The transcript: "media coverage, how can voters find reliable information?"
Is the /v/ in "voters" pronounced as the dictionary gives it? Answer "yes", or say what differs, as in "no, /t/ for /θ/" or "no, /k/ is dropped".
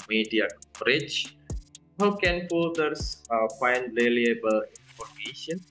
no, /p/ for /v/